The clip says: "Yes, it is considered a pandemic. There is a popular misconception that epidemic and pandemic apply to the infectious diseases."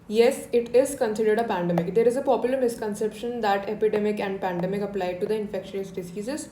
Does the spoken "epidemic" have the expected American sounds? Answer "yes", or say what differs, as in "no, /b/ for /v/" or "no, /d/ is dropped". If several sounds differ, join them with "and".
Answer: yes